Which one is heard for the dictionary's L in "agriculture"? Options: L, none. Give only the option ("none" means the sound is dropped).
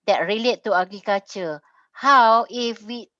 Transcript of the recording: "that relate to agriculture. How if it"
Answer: none